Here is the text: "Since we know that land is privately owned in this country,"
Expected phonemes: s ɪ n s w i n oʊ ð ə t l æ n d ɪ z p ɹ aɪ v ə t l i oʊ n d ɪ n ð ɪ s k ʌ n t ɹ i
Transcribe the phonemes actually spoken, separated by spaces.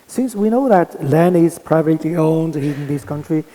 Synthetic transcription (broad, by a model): s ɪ n s w i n oʊ ð ə t l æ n ɪ z p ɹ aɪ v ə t l i oʊ n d ɪ n ð ɪ s k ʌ n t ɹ i